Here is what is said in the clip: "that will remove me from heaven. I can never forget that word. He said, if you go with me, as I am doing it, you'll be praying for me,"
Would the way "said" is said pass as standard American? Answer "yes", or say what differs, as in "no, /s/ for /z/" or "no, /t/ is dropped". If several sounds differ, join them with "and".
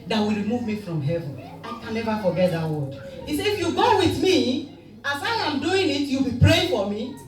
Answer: no, /d/ is dropped